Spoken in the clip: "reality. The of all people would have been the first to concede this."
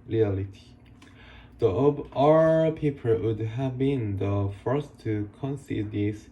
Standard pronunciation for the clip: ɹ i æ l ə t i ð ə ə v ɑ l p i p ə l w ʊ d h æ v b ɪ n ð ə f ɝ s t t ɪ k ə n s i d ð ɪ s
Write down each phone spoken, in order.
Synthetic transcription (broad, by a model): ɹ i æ l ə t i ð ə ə b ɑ p i p ə l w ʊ d h æ v b ɪ n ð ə f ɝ s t t ɪ k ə n s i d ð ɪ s